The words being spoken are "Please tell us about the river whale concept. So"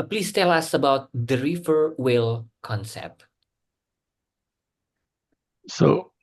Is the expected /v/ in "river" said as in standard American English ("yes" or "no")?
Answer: no